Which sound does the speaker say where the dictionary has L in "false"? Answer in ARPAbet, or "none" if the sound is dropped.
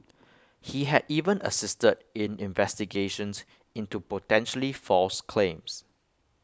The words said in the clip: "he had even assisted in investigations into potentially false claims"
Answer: L